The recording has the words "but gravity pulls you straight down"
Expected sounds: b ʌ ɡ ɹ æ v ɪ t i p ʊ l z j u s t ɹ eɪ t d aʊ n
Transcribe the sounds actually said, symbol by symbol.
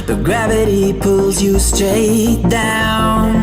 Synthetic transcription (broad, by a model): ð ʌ ɡ ɹ æ v ɪ t i p ʊ l z j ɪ s t ɹ eɪ t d aʊ n